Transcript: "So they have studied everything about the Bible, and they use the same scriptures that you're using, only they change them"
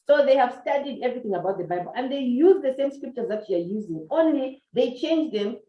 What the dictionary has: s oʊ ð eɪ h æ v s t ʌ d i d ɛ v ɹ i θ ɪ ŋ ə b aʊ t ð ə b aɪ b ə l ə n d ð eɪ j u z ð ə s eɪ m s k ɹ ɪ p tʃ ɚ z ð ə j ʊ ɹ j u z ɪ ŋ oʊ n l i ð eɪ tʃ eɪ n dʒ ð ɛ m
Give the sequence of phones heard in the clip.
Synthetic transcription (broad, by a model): s oʊ ð eɪ h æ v s t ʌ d i d ɛ v ɹ i θ ɪ ŋ ə b aʊ t ð ə b aɪ b ə l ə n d ð eɪ j u z ð ə s eɪ m s k ɹ ɪ p tʃ ɚ z ð ə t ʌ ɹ j u z ɪ ŋ oʊ n l i ð eɪ tʃ eɪ n dʒ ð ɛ m